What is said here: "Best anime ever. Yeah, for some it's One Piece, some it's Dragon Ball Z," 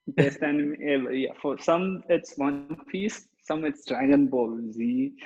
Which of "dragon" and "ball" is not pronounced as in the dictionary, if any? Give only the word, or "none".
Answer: none